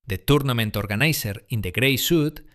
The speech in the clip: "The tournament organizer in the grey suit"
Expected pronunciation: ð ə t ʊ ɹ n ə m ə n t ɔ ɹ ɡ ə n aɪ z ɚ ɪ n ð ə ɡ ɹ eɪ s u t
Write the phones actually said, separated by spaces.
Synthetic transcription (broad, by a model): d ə t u ɹ n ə m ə n t ɔ ɹ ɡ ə n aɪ s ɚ ɪ n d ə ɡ ɹ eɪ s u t